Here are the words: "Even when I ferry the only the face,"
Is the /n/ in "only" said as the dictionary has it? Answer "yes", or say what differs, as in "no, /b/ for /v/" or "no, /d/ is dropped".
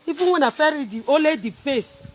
no, /n/ is dropped